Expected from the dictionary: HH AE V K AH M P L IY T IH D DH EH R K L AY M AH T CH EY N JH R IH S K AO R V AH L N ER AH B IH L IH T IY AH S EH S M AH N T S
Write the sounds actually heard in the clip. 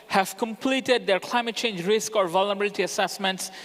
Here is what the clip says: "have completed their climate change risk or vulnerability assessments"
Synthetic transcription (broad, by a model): HH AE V K AH M P L IY T IH D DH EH R K L AY M AH T CH EY N JH R IH S K AO R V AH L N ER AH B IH L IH T IY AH S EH S M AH N T S